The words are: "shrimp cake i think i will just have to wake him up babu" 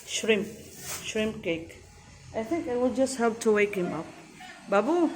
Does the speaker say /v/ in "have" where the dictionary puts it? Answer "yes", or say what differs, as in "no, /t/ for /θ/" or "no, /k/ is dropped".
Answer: no, /p/ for /v/